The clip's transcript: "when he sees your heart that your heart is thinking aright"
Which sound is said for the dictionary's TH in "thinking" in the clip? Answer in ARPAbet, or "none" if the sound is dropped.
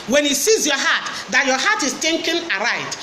T